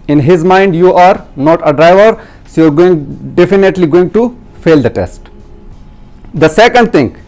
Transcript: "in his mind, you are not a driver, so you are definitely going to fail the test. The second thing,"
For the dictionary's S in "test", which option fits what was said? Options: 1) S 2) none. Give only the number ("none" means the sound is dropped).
1